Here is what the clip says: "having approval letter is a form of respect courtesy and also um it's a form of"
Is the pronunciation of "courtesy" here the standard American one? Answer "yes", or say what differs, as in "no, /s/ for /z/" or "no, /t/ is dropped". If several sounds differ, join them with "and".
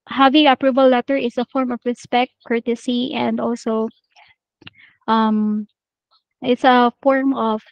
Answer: yes